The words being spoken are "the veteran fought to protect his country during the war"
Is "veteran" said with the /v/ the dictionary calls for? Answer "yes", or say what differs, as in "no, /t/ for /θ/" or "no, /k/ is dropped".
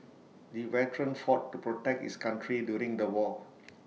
no, /w/ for /v/